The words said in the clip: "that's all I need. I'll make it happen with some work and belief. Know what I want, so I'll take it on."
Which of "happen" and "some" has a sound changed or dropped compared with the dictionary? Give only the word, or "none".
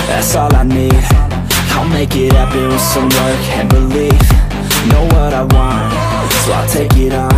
happen